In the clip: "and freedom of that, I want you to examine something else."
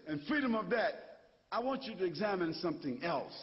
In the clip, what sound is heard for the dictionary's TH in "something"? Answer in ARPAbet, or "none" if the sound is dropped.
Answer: TH